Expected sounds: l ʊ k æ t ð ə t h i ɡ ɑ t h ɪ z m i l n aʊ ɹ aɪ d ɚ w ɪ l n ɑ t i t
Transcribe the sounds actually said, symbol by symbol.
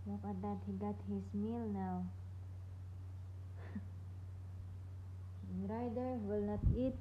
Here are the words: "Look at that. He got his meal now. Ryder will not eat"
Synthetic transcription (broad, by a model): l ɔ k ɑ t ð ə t h i ɡ ɑ t h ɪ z m i l n aʊ ɹ aɪ d ɚ w ɪ l n ɑ t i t